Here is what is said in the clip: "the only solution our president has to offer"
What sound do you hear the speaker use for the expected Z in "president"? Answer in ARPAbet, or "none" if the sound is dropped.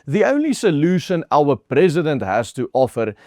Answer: Z